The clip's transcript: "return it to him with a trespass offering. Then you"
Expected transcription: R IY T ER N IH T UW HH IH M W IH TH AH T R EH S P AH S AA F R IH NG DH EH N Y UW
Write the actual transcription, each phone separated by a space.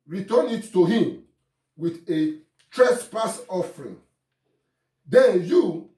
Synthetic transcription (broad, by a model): R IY T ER N IH T UW HH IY M W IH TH AH T R EH S P AH S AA F R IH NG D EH N Y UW